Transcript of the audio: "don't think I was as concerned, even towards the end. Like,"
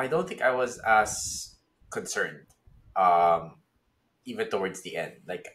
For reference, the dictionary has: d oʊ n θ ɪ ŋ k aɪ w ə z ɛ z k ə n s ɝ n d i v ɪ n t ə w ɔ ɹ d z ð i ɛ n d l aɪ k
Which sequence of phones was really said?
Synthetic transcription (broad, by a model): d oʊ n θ ɪ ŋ k aɪ w ə z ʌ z k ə n s ɝ n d i v ɪ n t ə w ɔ ɹ d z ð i ɛ n d l aɪ k